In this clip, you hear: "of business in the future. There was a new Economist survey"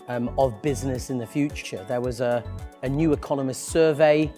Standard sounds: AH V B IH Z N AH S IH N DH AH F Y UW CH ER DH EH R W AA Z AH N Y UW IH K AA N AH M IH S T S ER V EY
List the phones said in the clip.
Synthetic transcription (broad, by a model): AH V B IH Z N AH S IH N DH AH F Y UW CH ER DH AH W AA Z AH N Y UW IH K AA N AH M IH S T S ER V EY